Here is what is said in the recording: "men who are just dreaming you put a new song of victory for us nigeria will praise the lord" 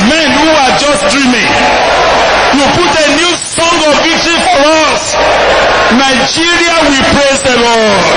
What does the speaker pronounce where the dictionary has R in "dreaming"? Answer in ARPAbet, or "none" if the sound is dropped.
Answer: R